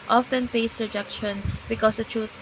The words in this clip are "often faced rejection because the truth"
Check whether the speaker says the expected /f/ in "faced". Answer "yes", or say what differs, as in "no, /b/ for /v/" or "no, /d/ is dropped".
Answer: no, /p/ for /f/